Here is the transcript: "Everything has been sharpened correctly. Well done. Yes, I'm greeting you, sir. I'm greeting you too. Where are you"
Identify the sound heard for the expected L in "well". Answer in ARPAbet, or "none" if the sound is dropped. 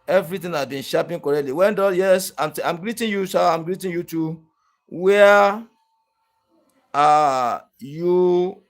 N